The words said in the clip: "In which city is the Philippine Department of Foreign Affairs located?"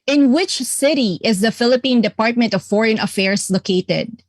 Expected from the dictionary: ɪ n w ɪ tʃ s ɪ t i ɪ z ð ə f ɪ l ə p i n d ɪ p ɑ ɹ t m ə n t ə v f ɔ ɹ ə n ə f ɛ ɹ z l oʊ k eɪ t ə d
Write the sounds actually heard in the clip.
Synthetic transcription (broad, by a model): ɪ n w ɪ tʃ s ɪ t i ɪ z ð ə f ɪ l ə p i n d ɪ p ɑ ɹ t m ə n t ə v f ɔ ɹ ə n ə f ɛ ɹ s l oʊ k eɪ t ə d